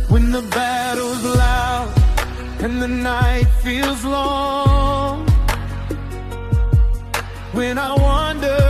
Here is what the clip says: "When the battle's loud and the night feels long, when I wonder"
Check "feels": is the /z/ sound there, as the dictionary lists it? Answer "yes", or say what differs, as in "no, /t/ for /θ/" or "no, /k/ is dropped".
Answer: yes